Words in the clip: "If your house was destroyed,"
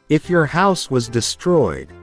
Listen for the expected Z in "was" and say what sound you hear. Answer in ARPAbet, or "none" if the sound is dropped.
Z